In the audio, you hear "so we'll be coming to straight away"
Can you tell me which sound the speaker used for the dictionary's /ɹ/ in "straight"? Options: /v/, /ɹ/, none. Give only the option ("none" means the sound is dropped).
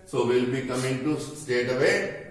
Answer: none